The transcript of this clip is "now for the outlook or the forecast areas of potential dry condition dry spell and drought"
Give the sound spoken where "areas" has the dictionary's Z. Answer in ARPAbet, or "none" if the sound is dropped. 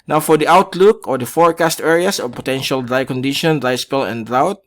S